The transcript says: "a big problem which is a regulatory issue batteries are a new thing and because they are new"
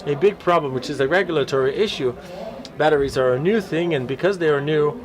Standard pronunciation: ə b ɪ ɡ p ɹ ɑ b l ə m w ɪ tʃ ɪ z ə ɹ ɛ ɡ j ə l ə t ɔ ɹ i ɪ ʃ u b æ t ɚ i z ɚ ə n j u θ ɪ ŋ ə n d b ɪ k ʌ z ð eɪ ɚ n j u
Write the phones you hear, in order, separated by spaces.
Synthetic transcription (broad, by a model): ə b ɪ ɡ p ɹ ɑ b l ə m w ɪ tʃ ɪ z ə ɹ ɛ ɡ j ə l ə t ɔ ɹ i ɪ ʃ u b æ t ɚ i z ɚ ə n j u θ ɪ ŋ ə n b ɪ k ʌ z ð eɪ ɚ n j u